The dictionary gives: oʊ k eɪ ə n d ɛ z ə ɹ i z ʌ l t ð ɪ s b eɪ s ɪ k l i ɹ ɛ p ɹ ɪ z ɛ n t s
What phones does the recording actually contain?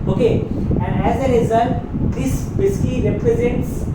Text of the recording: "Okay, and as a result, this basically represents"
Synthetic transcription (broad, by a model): oʊ k eɪ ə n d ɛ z ə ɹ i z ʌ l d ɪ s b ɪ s k i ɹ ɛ p ɹ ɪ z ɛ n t s